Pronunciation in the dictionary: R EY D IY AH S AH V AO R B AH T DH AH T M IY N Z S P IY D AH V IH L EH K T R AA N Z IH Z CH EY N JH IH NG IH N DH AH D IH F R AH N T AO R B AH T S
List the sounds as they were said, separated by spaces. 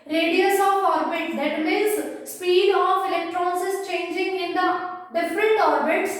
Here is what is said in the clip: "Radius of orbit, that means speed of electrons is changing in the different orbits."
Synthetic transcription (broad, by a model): R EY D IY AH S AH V AO R B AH T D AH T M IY Z S P IY D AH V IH L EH K T R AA N S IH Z CH EY N JH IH NG IH N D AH D IH F R AH N T AO R B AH T S